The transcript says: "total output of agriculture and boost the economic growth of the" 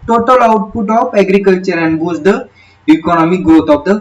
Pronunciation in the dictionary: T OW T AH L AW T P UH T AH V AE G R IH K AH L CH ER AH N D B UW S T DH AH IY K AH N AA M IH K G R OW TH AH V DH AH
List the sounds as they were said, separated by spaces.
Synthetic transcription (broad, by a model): T OW T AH L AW T P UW T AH F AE G R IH K AH L CH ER AH N D B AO T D AH IY K AH N AA M IH K G R OW T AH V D AH